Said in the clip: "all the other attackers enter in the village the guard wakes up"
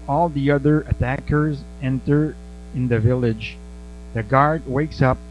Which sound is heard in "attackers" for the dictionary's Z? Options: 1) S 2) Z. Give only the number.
2